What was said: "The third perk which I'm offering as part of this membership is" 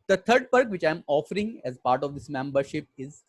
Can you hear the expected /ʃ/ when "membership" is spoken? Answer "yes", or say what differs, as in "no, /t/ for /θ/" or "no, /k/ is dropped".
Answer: yes